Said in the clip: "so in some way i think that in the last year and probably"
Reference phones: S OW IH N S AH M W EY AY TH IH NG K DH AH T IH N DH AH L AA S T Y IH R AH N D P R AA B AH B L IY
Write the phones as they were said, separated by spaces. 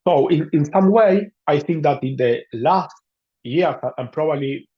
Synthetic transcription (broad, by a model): S OW IH N S AH M W EY AY TH IH NG K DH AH T IH N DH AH L AA S T Y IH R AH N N P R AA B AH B L IY